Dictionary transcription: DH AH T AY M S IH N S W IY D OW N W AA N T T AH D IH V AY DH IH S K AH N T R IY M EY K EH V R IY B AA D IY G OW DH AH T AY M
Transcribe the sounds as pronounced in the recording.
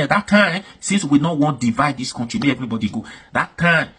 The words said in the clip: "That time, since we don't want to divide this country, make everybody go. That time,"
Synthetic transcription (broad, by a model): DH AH T AY M S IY N S W IY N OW W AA N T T D IH V AY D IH S K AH N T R IY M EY EH V R IY B AA D IY G OW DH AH T AY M